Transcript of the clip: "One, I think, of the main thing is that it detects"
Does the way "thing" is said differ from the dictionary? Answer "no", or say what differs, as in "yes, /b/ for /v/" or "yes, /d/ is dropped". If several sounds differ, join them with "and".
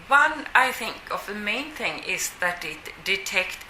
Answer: no